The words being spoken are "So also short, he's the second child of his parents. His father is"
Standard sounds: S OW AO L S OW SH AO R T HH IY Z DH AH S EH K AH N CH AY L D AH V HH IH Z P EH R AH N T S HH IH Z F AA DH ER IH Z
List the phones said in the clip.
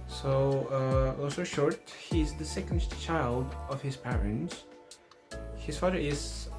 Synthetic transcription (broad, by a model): S OW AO S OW SH AO R T HH IY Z DH AH S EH K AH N CH AY L D AH V HH IH Z P EH R AH N T S HH IH Z F AA DH ER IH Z